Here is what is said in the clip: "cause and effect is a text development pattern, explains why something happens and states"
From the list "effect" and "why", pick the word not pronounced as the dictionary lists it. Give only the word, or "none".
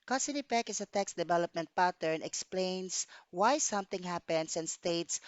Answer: effect